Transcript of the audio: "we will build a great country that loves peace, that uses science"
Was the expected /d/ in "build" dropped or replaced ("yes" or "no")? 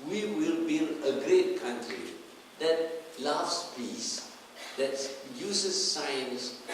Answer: yes